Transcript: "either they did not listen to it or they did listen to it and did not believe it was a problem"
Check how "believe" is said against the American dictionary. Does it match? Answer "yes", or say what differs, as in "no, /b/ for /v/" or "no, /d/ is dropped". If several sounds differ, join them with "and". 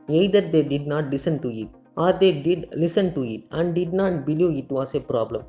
no, /v/ is dropped